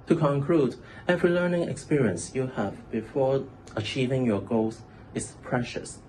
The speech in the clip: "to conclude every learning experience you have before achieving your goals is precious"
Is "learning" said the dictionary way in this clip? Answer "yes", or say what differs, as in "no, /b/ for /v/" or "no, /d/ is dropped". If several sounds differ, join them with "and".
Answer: yes